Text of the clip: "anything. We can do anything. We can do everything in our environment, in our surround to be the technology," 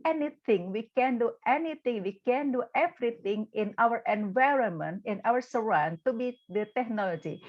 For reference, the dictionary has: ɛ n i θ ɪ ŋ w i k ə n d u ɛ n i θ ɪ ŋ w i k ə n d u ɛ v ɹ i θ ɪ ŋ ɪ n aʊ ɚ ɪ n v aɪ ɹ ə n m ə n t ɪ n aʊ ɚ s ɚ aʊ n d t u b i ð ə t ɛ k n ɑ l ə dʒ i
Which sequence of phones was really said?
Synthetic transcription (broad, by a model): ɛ n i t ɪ ŋ w i k ə n d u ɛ n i t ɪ ŋ w i k ə n d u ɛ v ɹ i t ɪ ŋ ɪ n aʊ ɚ ɪ n v aɪ ɹ ə n m ə n t ɪ n aʊ ɚ s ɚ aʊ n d t u b i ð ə t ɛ k n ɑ l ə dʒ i